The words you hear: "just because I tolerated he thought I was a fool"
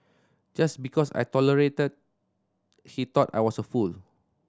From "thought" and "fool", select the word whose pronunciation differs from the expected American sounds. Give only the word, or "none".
thought